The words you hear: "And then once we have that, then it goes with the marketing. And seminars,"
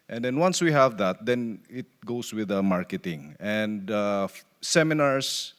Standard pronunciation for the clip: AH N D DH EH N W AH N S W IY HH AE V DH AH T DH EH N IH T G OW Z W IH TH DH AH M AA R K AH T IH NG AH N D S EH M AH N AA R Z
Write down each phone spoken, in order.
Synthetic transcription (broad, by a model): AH N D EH N W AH N S W IY HH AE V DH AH T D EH N IH T G OW S W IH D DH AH M AA R K AH T IH NG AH N D S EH M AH N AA R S